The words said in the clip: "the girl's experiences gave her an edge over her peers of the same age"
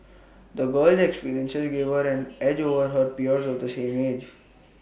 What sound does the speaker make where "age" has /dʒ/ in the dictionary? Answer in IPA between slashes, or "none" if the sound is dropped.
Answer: /dʒ/